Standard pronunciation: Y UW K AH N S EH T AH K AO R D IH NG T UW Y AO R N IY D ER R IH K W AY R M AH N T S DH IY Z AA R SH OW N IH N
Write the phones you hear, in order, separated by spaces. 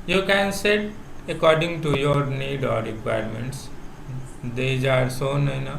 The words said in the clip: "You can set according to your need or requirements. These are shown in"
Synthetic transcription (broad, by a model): Y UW K AH N S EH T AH K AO R D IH NG T UW Y AO R N IY D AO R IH K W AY R M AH N T S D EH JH AA R S OW N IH N